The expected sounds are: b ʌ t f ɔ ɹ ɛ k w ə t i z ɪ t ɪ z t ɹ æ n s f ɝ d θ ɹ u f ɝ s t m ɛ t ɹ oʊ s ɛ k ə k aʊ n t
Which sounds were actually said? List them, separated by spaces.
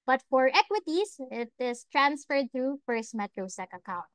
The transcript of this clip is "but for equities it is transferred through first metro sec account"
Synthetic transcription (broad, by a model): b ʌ t f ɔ ɹ ɛ k w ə t i s ɪ t ɪ s t ɹ æ n s f ɝ d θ ɹ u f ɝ s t m ɛ t ɹ oʊ s ɛ k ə k aʊ n t